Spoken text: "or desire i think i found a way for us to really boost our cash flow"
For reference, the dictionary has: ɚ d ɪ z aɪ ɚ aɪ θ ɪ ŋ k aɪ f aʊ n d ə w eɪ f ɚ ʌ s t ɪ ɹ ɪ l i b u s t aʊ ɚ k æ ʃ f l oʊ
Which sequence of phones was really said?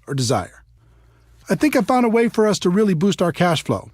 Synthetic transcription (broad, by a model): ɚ d ɪ z aɪ ɚ aɪ θ ɪ ŋ k aɪ f aʊ n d ə w eɪ f ɚ ʌ s t ɪ ɹ ɪ l i b u s t aʊ ɚ k æ ʃ f l oʊ